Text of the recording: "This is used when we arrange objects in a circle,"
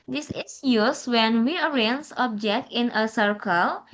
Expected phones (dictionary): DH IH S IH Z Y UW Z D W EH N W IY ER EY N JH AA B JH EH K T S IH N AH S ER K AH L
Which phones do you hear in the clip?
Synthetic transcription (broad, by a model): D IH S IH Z Y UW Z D W EH N W IY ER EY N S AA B JH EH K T IH N AH S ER K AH L